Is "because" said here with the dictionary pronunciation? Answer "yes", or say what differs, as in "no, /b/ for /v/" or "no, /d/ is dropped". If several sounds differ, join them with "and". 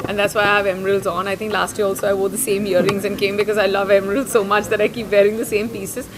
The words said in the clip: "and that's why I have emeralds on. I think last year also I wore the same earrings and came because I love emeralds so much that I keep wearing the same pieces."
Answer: yes